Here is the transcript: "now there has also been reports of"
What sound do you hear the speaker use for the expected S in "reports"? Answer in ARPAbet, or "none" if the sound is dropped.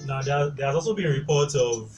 none